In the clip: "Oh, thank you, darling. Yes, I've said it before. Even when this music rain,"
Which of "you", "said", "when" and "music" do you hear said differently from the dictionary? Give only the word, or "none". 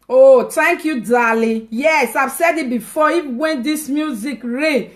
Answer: none